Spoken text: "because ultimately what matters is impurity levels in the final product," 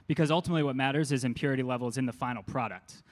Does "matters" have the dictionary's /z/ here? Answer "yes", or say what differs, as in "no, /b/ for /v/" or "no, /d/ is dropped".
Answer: yes